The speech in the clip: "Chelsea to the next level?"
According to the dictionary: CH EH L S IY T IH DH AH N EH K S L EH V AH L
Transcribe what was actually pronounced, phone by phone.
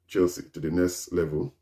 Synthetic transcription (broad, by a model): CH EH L S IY T IH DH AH N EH S L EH V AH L